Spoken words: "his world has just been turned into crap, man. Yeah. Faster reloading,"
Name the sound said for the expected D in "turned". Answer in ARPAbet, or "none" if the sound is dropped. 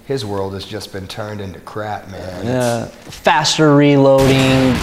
D